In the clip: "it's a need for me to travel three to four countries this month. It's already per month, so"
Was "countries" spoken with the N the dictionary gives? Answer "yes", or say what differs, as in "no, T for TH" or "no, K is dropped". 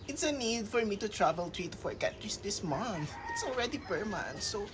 no, N is dropped